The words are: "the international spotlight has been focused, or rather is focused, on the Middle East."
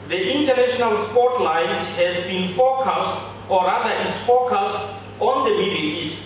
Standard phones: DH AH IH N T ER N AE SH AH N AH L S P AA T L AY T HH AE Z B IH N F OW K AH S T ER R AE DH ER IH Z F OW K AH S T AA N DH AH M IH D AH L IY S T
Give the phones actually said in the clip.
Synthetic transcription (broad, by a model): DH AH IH N T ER N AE SH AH N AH L S P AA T L AY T HH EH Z B IH N F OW K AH S T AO R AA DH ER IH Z F OW K AH S T AA N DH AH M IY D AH N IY S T